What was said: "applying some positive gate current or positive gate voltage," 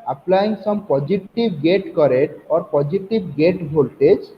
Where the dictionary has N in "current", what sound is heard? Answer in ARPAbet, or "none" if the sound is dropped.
none